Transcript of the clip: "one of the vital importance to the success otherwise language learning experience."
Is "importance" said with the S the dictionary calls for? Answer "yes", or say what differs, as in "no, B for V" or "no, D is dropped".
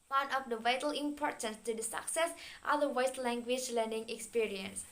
yes